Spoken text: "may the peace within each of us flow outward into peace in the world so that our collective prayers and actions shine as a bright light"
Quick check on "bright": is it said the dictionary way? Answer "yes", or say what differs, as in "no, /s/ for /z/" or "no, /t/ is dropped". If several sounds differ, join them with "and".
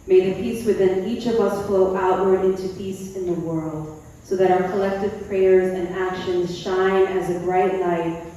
yes